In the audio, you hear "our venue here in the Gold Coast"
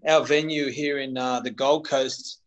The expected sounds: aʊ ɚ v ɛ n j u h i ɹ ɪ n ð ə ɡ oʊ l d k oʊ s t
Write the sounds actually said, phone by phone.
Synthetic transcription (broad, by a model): aʊ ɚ v ɛ n j u h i ɹ ɪ n ð ə ɡ oʊ l d k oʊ s t